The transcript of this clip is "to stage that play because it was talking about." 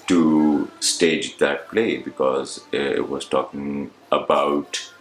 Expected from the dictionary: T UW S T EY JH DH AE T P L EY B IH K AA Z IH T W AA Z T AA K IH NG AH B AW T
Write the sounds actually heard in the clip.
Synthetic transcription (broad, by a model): T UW S T EY JH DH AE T P L EY B IH K AA Z IH T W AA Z T AA K IH NG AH B AW T